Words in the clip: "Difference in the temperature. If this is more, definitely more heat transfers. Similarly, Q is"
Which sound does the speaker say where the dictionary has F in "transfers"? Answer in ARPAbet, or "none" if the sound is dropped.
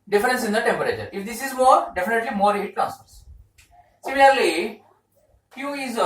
P